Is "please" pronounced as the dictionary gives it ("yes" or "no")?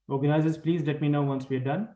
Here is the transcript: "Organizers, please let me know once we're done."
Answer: yes